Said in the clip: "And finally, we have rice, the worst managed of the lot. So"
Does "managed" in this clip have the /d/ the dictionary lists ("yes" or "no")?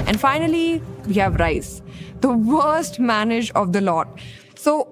no